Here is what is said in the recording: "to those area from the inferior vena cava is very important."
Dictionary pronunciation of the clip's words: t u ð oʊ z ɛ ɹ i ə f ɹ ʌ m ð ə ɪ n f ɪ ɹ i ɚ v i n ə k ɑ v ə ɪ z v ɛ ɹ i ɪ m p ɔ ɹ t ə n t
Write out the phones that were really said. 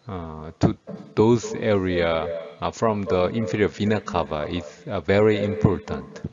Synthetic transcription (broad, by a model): t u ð oʊ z ɛ ɹ i ə f ɹ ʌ m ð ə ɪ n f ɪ ɹ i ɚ v i n ə k ɑ v ə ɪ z v ɛ ɹ i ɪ m p ɔ ɹ t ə n t